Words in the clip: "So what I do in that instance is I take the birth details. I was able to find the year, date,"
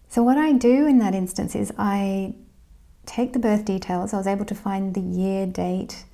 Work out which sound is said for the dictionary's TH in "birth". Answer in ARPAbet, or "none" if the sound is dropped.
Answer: TH